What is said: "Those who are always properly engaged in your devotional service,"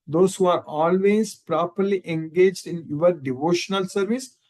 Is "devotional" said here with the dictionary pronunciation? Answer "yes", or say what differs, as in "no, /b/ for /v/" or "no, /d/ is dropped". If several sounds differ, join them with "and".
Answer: yes